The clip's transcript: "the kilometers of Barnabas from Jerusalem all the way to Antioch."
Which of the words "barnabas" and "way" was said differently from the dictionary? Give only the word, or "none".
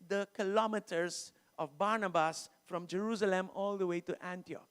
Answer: none